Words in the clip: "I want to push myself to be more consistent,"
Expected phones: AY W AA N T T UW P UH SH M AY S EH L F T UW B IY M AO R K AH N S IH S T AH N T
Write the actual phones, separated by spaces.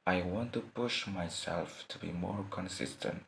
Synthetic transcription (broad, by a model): AY W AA N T T UW P UH SH M AY S EH L F T UW B IY M AO R K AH N S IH S T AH N T